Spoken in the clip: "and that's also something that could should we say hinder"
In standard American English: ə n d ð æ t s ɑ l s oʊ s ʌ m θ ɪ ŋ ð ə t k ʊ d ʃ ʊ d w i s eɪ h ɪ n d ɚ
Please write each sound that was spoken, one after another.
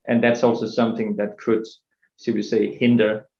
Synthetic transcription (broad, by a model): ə n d ð æ t s ɑ l s oʊ s ʌ m θ ɪ ŋ ð ə t k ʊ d s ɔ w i s eɪ h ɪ n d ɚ